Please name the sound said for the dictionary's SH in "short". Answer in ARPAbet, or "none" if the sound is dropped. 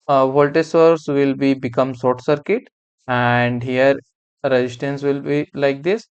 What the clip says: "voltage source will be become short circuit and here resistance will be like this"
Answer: S